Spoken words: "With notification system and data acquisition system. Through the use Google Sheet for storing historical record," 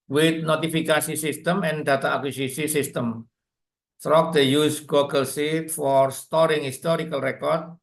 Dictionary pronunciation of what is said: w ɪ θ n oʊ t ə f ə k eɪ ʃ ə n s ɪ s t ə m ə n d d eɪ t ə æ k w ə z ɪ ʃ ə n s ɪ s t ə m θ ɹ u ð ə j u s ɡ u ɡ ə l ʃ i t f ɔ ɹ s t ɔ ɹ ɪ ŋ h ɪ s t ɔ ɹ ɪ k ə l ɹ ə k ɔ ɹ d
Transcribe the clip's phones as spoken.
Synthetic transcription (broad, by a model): w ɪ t n oʊ t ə f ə k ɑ s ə s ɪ s t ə m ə n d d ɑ t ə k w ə s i s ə s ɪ s t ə m t ɹ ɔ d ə j u s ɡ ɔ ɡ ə l s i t f ɔ ɹ s t ɔ ɹ ɪ ŋ h ɪ s t ɔ ɹ ɪ k ə l ɹ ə k ɔ ɹ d